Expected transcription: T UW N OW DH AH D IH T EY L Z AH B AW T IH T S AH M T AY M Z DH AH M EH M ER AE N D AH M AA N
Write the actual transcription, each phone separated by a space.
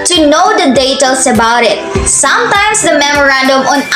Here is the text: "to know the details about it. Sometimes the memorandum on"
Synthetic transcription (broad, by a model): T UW N OW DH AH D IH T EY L S AH B AW T IH T S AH M T AY M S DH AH M EH M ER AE N D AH M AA N